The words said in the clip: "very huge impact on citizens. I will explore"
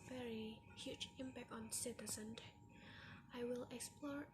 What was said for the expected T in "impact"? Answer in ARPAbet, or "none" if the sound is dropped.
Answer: T